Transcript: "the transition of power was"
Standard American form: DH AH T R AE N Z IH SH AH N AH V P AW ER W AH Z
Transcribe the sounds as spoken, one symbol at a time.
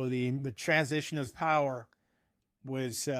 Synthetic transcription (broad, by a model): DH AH T R AE N Z IH SH AH N AH V P AW ER W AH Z